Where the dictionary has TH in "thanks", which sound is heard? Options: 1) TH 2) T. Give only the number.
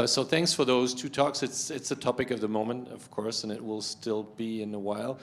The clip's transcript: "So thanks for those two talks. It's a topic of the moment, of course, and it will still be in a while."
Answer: 1